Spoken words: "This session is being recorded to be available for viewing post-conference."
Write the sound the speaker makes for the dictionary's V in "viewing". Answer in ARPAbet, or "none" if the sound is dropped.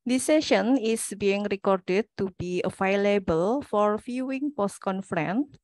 F